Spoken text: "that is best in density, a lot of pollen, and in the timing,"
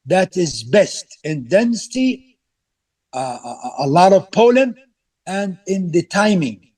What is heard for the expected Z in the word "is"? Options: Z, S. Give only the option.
Z